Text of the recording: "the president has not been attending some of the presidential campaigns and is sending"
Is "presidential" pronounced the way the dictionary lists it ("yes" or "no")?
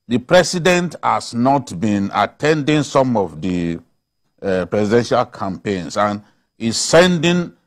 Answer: no